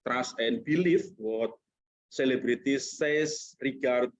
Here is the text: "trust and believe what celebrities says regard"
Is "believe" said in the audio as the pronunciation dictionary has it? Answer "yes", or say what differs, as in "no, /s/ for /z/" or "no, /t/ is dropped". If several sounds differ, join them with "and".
no, /f/ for /v/